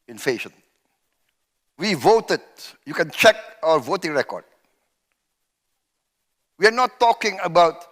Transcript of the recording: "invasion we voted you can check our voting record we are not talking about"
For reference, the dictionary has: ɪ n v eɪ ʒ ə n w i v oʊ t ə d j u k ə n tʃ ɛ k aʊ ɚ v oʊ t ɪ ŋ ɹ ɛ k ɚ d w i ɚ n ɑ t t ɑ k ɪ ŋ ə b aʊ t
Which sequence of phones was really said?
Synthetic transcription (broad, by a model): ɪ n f eɪ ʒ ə n w i v oʊ t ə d j u k ə n tʃ ɛ k aʊ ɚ v oʊ t ɪ ŋ ɹ ɛ k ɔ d w i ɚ n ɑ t t ɑ k ɪ ŋ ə b aʊ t